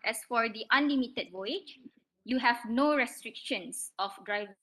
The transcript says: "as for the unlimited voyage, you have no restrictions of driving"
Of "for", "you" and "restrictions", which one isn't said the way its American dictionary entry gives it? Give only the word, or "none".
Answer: restrictions